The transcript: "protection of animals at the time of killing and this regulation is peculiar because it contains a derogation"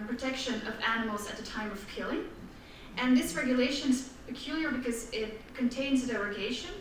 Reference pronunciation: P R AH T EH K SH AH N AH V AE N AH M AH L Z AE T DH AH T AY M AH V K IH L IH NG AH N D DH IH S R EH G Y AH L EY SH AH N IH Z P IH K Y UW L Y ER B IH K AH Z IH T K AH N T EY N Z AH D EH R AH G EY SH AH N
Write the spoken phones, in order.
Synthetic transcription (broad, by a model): P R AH T EH K SH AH N AH V AE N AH M L Z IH T DH AH T AY M AH V K IH L IH NG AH N DH IH S R EH G Y AH L EY SH AH N IH Z P IH K Y UW L Y ER B IH K AH Z IH T K AH N T EY N Z AH D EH R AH G EY SH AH N